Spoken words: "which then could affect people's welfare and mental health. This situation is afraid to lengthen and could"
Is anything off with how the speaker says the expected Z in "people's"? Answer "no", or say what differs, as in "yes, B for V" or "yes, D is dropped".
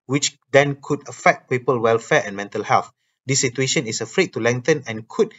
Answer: yes, Z is dropped